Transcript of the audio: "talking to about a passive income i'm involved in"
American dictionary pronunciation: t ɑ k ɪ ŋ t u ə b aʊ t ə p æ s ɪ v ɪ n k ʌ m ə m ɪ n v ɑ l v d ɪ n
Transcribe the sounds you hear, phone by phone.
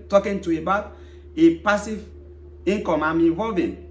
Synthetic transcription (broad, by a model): t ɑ k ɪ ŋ t u ə b aʊ t ə p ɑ s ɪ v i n k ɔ m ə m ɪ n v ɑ l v ɪ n